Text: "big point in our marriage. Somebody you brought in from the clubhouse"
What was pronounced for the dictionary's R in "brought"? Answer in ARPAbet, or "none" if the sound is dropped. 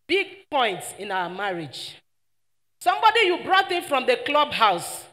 R